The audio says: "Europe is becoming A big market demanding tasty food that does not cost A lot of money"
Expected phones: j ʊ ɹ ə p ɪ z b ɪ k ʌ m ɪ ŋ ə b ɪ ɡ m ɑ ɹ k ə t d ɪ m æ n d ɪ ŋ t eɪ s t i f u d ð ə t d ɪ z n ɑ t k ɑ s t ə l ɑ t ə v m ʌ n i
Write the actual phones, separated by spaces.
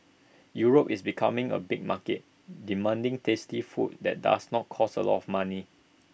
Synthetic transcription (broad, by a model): j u ɹ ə p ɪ s b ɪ k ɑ m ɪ ŋ ə b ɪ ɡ m ɑ k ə t d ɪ m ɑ n d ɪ ŋ t eɪ s t i f u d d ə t d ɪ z n ɑ t k ɑ s ə l ɑ t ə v m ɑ n i